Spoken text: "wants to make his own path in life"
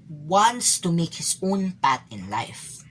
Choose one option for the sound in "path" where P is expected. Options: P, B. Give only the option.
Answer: B